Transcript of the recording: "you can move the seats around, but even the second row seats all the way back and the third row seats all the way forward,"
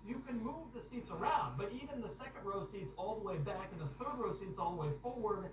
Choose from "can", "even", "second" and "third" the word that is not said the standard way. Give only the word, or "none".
none